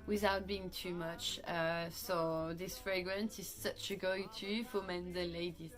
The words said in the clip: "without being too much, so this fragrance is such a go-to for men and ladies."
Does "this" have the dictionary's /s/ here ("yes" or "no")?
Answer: yes